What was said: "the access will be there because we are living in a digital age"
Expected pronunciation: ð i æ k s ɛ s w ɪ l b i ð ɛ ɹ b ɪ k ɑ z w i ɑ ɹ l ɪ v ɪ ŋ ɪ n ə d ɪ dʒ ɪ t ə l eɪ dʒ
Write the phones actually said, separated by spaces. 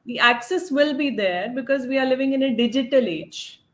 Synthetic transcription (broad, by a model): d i æ k s ɛ s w ɪ l b i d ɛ ɹ b ɪ k ɑ z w i ɑ ɹ l ɪ v ɪ ŋ ɪ n ə d ɪ dʒ ɪ t ə l eɪ dʒ